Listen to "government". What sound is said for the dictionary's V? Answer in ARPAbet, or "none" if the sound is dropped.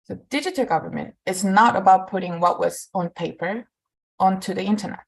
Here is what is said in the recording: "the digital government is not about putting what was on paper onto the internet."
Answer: V